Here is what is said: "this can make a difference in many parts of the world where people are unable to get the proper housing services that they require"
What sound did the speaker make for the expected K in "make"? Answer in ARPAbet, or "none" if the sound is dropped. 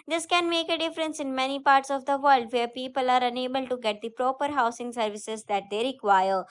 K